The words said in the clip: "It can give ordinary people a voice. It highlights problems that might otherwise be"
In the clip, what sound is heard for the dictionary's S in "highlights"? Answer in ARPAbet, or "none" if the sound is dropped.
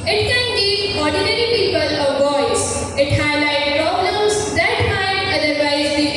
none